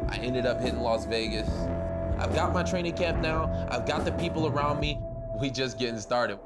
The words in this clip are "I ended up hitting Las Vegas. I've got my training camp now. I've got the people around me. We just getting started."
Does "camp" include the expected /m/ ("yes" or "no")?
yes